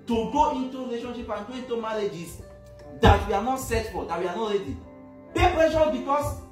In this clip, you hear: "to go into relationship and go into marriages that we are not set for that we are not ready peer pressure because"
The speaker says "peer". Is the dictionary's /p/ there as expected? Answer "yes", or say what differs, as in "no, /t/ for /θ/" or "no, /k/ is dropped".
no, /b/ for /p/